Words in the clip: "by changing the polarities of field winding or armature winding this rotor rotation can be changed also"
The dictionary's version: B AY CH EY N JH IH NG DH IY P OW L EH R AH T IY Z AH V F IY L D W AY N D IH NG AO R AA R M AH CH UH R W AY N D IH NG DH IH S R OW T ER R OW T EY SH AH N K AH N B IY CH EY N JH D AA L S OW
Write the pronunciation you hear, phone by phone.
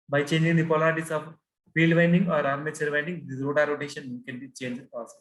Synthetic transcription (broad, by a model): B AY CH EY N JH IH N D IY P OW L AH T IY S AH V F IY L D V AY N D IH NG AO R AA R M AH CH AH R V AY N D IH NG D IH R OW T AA R OW T EY SH AH N K AH N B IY CH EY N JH AA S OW